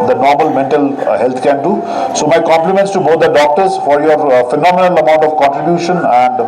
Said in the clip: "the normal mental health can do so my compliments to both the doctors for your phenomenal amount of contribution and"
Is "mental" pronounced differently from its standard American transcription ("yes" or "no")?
no